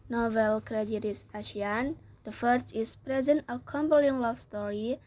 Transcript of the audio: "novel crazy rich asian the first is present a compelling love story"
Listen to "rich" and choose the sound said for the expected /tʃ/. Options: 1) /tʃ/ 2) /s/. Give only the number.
2